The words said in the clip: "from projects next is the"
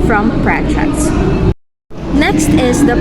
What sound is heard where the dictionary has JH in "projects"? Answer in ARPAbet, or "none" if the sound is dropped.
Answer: CH